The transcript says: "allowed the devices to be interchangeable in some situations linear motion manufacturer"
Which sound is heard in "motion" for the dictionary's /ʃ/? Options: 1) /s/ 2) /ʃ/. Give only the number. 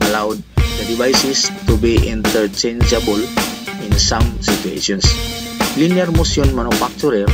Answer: 1